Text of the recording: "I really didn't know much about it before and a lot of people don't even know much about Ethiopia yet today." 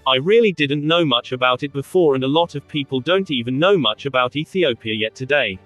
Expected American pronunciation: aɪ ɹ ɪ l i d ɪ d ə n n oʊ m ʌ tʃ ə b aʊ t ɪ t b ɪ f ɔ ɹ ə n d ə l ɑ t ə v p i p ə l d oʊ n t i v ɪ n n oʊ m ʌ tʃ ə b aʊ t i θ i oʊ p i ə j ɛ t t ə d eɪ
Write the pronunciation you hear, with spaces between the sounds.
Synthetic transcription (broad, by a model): aɪ ɹ ɪ l i d ɪ d n n oʊ m ʌ tʃ ə b aʊ t ɪ t b ɪ f ɔ ɹ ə n ə l ɑ t ə v p i p ə l d oʊ n t i v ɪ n n oʊ m ʌ tʃ ə b aʊ t i θ i oʊ p i ə j ɛ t t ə d eɪ